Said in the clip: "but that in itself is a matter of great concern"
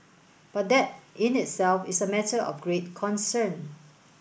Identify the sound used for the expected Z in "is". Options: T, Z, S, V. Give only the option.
S